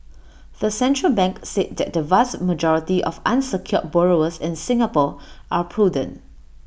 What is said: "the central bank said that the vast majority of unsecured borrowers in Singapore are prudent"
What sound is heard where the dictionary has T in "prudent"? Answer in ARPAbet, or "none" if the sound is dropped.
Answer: none